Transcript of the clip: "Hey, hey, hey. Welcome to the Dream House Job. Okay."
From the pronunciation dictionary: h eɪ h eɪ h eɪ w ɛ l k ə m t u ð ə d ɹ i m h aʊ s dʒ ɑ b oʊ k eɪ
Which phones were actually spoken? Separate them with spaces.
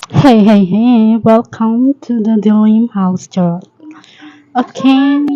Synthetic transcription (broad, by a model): h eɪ h eɪ h eɪ w ɛ l k ə m t u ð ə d l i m h aʊ s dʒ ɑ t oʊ k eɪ